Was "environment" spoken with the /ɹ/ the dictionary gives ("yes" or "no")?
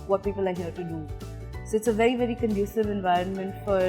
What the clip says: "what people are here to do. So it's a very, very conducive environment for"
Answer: yes